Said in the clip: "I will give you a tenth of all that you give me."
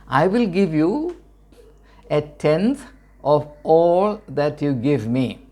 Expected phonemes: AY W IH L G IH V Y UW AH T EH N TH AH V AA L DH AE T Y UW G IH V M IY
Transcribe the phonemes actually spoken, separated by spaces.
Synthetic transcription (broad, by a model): AY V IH L G IH V Y UW AH T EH N T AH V AA L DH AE T Y UW G IH V M IY